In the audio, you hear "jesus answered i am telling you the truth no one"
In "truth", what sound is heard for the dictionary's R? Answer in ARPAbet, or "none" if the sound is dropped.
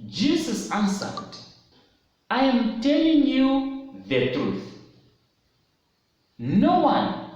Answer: R